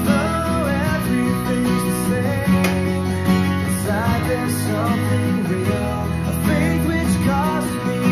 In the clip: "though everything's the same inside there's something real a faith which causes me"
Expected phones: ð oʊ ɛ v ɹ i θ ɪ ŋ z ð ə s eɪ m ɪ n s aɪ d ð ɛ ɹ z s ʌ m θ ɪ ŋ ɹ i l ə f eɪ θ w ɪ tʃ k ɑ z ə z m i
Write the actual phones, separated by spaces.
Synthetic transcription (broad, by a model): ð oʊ ɛ v ɹ i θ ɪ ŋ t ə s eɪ ɪ s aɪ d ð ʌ ɹ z s ʌ m θ ɪ ŋ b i n ə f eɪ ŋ w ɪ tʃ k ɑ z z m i